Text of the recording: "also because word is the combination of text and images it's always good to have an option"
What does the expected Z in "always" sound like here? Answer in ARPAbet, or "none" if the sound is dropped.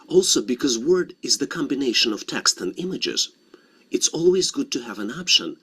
Z